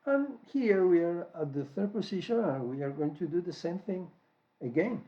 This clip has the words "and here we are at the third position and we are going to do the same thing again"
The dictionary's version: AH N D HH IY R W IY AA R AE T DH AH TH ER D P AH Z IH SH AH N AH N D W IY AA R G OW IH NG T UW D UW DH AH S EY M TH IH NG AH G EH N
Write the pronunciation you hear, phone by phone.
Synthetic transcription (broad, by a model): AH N HH IY R W IY AA R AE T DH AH TH ER D P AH S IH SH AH N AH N W IY AA R G OW IH NG T UW D UW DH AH S EY M TH IH NG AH G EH N